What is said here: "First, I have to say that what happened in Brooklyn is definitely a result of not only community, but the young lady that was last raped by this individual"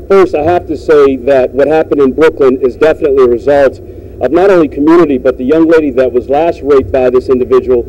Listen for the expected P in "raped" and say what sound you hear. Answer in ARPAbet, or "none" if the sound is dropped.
none